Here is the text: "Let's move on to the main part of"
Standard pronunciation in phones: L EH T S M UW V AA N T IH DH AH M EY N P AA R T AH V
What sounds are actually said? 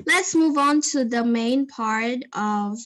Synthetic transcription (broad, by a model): L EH T S M UW V N T IH DH AH M EY N P AA R T AH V